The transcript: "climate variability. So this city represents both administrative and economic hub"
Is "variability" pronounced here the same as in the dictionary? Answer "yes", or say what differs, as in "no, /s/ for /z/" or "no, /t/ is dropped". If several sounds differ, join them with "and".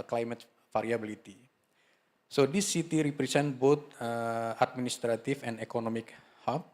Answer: no, /f/ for /v/